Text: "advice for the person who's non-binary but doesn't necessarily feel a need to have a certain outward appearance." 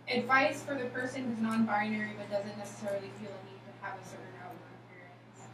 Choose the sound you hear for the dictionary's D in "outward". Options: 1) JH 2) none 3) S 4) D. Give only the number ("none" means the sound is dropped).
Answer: 2